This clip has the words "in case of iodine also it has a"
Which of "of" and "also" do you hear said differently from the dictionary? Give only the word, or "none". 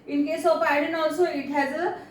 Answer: of